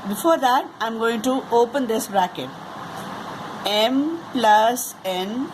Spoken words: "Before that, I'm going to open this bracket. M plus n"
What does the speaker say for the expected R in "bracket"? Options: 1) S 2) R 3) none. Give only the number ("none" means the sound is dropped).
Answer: 2